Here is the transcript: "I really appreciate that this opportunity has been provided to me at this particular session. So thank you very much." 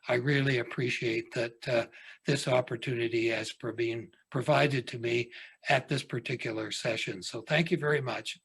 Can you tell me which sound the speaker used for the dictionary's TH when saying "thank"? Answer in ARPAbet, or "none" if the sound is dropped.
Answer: TH